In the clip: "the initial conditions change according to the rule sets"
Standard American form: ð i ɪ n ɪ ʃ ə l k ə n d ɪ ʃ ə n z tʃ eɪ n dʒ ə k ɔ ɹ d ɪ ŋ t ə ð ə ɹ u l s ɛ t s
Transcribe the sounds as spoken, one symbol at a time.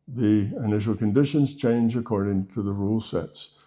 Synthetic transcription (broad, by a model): ð i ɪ n ɪ ʃ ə l k ə n d ɪ ʃ ə n z tʃ eɪ n dʒ ə k ɔ ɹ d ɪ ŋ t ə ð ə ɹ u l s ɛ t s